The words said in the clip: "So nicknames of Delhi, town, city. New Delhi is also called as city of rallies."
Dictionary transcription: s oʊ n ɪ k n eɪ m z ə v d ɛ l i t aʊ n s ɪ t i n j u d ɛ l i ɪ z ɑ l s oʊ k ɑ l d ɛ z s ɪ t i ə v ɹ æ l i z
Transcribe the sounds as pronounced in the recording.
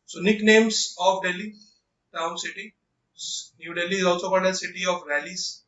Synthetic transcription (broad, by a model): s oʊ n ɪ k n eɪ m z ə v d ɛ l i t aʊ n s ɪ t i n j u d ɛ l i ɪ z ɑ l s oʊ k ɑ d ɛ s ɪ t i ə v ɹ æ l i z